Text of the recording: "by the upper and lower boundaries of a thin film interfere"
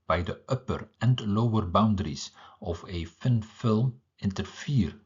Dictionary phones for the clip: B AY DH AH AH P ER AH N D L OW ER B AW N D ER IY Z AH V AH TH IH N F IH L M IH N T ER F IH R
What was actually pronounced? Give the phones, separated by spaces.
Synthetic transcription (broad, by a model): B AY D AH AH P ER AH N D L OW ER B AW N D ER IY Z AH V AH F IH N F IH L M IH N T ER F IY R